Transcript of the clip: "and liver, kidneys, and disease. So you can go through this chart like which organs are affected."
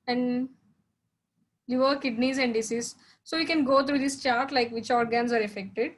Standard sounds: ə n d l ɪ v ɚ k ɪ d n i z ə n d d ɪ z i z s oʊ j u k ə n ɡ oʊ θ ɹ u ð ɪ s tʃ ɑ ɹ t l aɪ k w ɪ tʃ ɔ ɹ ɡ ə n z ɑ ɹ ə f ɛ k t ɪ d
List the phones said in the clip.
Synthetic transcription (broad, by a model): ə n d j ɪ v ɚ k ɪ d n i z ə n d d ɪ s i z s oʊ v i k ə n ɡ oʊ t ɹ u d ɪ s tʃ ɑ ɹ t l aɪ k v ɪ tʃ ɔ ɹ ɡ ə n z ɑ ɹ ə f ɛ k t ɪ d